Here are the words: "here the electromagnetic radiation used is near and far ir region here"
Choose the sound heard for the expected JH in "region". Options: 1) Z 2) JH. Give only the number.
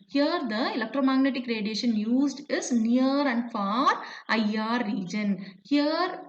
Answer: 2